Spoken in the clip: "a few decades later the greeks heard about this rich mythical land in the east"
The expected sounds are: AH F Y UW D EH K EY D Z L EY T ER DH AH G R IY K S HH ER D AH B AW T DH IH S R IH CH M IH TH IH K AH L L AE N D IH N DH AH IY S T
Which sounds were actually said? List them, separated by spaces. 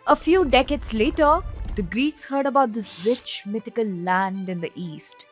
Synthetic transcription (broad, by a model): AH F Y UW D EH K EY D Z L EY T ER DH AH G R IY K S HH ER D AH B AW T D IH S W IH CH M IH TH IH K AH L L AE N D IH N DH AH IY S T